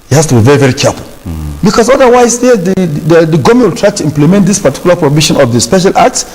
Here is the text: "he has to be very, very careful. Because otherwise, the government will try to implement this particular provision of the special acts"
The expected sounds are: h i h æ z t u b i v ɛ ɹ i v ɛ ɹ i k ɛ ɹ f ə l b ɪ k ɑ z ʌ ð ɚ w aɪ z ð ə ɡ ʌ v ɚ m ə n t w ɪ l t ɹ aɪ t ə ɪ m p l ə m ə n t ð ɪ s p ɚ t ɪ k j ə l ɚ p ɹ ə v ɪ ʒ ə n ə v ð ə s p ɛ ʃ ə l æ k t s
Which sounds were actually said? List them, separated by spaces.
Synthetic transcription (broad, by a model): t h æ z t u b i v ɛ ɹ i v ɛ ɹ i k ɛ ɹ f ə l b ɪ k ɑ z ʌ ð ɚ w aɪ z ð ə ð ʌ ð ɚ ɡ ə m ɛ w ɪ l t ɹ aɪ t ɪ m p l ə m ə n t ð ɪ s p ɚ t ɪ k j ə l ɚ p ɹ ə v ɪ ʃ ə n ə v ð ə s p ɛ ʃ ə l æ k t s